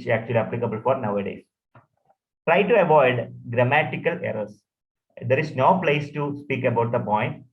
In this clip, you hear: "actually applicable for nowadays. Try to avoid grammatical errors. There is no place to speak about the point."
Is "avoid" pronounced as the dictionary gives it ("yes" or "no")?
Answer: yes